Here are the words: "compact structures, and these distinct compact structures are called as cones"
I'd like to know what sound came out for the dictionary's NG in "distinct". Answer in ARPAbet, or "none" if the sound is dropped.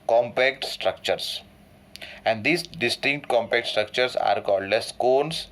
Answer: NG